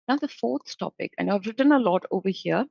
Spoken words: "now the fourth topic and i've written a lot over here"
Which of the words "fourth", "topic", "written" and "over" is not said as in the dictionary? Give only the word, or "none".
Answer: fourth